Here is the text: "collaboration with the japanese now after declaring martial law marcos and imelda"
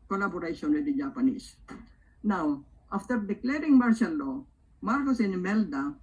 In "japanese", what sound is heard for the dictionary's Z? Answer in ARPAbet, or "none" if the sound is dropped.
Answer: S